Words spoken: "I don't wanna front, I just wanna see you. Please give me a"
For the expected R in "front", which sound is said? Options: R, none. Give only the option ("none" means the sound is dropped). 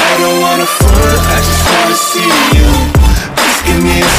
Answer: none